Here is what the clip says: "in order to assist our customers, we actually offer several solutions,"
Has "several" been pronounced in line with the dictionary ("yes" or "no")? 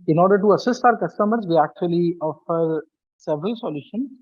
yes